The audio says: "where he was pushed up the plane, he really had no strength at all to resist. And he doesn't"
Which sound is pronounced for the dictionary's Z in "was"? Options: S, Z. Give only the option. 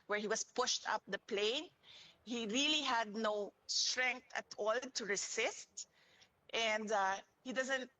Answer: S